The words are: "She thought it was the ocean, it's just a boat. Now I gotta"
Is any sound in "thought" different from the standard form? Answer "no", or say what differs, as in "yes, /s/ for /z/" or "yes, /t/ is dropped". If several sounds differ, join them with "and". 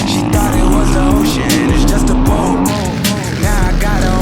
yes, /t/ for /θ/